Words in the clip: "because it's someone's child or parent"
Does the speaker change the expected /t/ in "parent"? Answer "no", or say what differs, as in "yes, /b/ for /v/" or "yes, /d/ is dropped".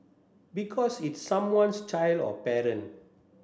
yes, /t/ is dropped